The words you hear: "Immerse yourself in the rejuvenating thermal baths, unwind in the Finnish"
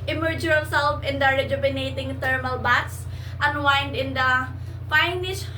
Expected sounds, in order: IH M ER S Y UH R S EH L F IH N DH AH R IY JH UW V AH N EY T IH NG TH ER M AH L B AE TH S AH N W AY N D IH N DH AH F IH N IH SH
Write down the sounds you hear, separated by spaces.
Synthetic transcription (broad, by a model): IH M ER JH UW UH L S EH L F IH N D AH R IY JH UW B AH N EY T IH NG T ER M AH L B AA T S AH N W AY N D IH N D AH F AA N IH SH